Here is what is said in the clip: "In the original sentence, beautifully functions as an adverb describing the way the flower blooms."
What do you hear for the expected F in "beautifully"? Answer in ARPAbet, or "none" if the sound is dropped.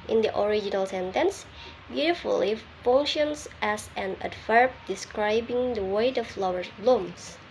none